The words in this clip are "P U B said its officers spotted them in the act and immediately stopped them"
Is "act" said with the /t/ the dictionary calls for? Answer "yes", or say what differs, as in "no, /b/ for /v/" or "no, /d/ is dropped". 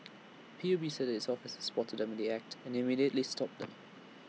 yes